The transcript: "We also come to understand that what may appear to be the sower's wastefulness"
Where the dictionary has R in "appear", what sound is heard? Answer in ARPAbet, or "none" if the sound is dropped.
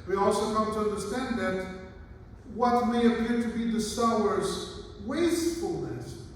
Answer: R